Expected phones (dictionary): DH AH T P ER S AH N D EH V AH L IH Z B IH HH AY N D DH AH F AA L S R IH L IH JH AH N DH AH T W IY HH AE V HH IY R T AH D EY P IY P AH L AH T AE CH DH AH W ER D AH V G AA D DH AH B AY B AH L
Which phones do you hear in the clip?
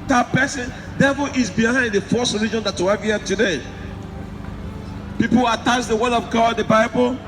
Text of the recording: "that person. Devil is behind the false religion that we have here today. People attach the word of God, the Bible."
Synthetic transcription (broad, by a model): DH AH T P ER S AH N D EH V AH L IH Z B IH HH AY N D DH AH F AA S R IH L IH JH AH N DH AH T W IY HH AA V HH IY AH T AH D EY P IY P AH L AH T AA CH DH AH W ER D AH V G AA D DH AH B AY B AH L